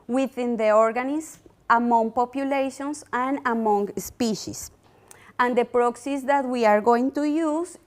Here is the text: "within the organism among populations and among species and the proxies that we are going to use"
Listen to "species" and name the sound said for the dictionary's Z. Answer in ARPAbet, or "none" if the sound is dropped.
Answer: S